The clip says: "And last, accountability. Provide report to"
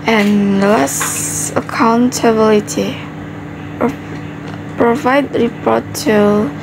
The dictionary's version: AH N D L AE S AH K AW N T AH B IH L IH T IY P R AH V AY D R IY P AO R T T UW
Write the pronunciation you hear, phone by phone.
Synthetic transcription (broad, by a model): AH N L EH S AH K AW N T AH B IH L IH T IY P R AH V AY D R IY P AO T T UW